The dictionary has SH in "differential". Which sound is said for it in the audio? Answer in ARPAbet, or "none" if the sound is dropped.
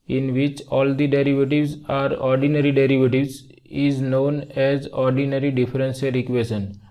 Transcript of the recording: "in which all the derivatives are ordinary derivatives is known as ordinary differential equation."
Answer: S